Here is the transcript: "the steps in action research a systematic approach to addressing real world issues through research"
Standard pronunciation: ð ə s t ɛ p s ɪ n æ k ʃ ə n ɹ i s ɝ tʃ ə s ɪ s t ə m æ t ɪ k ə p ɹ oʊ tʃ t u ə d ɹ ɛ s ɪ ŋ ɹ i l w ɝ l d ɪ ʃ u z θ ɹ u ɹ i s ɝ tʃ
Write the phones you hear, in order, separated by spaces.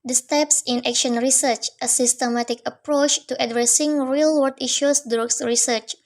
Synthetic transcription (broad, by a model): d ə s t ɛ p s ɪ n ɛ k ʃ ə n ɹ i s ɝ tʃ ə s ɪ s t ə m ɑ t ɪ k ə p ɹ oʊ tʃ t u ə d ɹ ɛ s ɪ ŋ ɹ i l w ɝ d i ʃ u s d ɹ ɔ ɹ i s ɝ tʃ